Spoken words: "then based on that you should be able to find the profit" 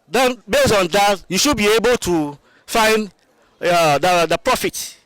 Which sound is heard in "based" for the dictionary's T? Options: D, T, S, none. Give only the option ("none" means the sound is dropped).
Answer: none